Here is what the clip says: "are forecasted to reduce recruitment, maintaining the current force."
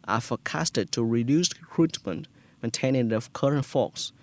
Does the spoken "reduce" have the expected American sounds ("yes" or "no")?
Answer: yes